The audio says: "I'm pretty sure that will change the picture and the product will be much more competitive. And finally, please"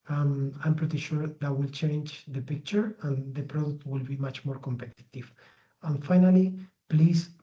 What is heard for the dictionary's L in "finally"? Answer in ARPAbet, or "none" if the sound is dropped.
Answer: L